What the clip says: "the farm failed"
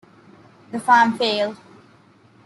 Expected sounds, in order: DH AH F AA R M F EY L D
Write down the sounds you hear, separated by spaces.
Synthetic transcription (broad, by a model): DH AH F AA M F EY L